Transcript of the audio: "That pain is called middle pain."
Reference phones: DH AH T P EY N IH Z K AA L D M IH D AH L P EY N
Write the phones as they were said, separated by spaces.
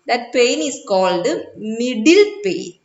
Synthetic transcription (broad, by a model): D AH T P EY N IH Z K AA L D M IH D AH L P EY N